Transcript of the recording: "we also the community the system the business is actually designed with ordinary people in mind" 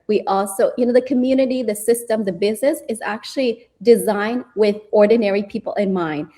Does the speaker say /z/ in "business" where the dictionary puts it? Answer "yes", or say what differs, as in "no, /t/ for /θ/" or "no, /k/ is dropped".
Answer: yes